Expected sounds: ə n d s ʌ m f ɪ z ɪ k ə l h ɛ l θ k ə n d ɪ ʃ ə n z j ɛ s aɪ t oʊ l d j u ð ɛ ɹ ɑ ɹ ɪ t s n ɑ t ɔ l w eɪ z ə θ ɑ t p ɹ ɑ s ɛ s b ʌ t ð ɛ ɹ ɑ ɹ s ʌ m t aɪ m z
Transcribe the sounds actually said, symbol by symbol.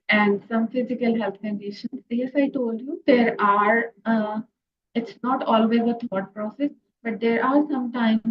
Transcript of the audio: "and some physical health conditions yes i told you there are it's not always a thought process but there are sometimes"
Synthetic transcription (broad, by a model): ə n d s ʌ m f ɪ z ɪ k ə l h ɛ l t k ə n d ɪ ʃ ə n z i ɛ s aɪ t oʊ l d j u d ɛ ɹ ɑ ɹ ɪ t s n ɑ t ɔ l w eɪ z ə t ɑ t p ɹ ɑ s ɛ s b ʌ t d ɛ ɹ ɑ ɹ s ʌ m t aɪ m